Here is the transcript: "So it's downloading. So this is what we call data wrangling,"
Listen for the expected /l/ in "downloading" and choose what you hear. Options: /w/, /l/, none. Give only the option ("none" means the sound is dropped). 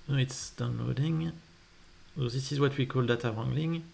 /l/